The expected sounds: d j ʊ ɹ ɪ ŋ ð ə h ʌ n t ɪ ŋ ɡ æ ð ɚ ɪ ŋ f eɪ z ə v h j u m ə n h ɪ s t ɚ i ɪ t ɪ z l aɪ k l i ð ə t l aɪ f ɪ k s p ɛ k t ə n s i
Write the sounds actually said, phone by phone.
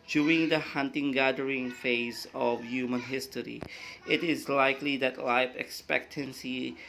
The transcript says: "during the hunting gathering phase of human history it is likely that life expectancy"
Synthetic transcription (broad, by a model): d j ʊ ɹ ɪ ŋ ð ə h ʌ n t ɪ ŋ ɡ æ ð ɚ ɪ ŋ f eɪ z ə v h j u m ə n h ɪ s t ɚ i ɪ t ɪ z l aɪ k l i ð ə t l aɪ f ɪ k s p ɛ k t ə n s i